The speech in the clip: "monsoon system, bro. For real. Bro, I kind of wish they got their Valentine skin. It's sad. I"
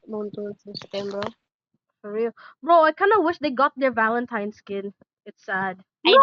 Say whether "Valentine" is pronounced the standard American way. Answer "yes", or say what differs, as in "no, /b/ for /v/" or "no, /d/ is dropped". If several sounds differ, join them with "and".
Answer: yes